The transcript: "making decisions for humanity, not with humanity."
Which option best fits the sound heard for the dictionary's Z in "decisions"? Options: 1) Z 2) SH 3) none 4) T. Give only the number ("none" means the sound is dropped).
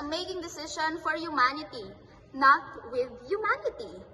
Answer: 3